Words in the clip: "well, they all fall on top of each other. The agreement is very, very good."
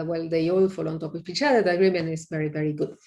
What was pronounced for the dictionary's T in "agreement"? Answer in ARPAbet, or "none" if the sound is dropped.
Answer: none